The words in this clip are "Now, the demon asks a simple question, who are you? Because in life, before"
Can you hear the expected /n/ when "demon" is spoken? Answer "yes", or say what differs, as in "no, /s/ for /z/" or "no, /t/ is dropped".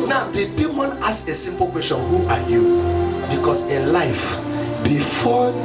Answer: yes